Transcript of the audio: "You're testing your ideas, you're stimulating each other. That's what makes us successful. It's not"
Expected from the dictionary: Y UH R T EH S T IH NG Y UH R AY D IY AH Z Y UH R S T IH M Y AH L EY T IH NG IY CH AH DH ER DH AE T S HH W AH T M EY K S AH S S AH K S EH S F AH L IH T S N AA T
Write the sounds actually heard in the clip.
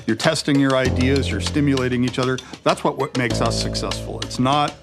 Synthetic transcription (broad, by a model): Y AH R T EH S T IH NG Y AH R AY D IY AH Z Y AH R S T IH M Y AH L EY T IH NG IY CH AH DH ER DH AE T S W W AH T M EY K S AH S S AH K S EH S F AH L IH T S N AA T